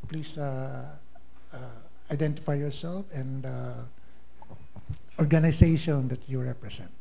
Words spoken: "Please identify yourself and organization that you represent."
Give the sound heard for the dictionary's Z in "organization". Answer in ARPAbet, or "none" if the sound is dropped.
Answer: S